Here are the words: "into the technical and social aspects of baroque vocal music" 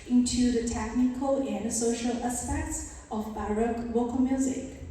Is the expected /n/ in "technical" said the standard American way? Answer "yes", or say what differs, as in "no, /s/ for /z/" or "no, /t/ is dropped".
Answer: yes